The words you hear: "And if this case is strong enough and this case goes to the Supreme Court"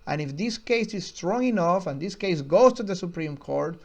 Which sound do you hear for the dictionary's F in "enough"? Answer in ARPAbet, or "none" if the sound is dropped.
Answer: F